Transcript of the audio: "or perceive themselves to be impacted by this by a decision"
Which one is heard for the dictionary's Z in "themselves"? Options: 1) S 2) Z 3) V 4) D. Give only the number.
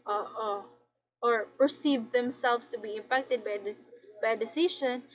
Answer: 1